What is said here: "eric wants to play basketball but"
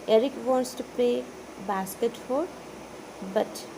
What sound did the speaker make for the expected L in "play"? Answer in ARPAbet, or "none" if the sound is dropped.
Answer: none